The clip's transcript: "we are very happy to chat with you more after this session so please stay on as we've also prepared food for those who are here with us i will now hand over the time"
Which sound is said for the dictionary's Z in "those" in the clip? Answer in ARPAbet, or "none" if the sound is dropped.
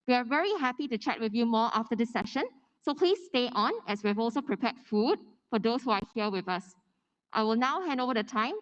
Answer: S